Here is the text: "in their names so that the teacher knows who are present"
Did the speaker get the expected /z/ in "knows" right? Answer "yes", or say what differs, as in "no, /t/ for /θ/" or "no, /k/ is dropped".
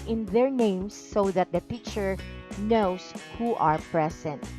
no, /s/ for /z/